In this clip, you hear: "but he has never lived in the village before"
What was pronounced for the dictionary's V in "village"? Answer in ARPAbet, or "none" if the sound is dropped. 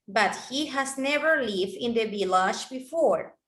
B